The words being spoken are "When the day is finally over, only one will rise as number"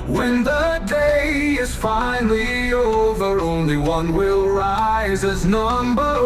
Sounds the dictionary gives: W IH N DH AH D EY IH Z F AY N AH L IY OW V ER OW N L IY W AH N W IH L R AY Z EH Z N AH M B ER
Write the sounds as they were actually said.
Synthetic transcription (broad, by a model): W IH N DH AH D EY IH Z F AY N L IY OW V ER OW N L IY W AH N W IH L R AY Z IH Z N AH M B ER